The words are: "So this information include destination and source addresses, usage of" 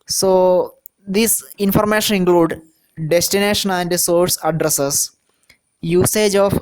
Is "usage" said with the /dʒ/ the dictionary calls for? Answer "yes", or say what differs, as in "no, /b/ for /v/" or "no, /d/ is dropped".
yes